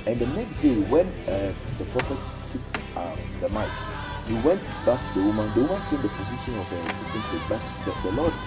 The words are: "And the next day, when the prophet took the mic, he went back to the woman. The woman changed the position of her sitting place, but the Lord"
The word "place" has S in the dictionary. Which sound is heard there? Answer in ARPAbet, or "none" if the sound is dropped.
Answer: none